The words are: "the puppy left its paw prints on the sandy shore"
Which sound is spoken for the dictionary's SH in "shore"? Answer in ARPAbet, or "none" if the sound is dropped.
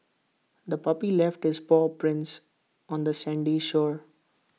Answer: SH